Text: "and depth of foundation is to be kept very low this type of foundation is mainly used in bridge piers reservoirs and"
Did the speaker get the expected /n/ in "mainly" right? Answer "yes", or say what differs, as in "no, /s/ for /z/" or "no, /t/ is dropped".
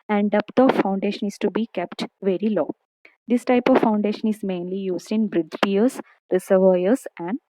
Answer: yes